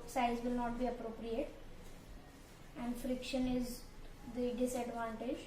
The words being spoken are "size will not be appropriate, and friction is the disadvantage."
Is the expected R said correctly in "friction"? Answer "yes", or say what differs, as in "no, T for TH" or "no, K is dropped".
yes